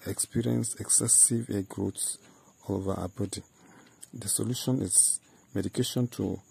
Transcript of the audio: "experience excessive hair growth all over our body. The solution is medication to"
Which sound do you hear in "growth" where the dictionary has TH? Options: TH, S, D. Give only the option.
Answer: S